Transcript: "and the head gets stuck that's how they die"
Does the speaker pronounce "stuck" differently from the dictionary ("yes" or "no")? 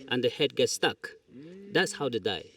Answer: no